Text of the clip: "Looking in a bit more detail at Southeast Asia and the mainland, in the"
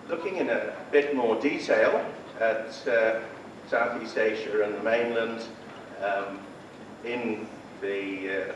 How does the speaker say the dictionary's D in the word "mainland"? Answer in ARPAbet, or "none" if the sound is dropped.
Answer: D